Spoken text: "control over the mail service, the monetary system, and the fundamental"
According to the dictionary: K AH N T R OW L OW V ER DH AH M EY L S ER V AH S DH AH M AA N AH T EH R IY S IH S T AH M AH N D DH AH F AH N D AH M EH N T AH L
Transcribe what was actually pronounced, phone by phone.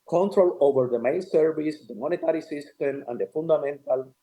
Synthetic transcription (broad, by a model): K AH N T R OW L OW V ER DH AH M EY N S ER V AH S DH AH M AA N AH T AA R IY S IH S T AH M AH N D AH F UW N D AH M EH N T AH L